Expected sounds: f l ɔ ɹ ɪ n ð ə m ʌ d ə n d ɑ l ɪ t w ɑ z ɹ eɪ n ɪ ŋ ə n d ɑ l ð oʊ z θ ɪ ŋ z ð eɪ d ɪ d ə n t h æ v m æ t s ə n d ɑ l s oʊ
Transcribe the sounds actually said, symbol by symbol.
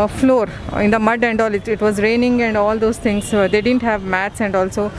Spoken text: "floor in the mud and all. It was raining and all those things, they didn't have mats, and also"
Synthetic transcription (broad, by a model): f l ɔ ɹ ɪ n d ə m ʌ d ə n d ɑ l ɪ t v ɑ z ɹ eɪ n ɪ ŋ ə n d ɑ l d oʊ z t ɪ ŋ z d eɪ d ɪ d ə n t h æ v m æ t s ə n d ɑ l s oʊ